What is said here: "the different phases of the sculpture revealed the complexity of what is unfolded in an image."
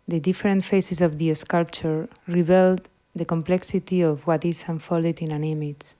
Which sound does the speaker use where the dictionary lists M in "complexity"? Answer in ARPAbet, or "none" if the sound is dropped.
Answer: M